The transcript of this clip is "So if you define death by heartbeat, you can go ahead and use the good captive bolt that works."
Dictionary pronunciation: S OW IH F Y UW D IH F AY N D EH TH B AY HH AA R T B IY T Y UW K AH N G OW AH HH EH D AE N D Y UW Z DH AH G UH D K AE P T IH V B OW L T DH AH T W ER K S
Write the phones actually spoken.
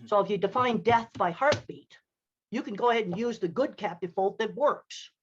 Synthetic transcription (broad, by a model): S OW IH F Y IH D IH F AY N D EH TH B AY HH AA R T B IY T Y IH K AH N G OW AH HH EH D N Y UW Z DH AH G UH D K AE P T IH V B OW L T DH AH T W ER K S